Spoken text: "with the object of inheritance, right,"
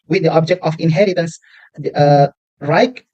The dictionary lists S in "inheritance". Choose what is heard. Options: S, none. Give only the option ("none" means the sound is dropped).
S